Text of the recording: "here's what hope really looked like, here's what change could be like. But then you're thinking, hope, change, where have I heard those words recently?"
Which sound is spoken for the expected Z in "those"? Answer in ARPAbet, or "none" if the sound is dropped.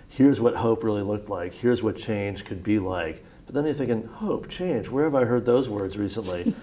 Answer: Z